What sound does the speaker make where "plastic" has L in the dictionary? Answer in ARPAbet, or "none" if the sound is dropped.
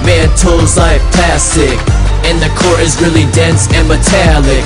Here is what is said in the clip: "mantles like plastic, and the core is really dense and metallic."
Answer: none